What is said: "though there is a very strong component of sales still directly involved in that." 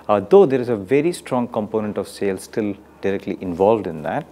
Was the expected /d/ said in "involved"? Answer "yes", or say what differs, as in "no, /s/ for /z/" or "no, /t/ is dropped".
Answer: yes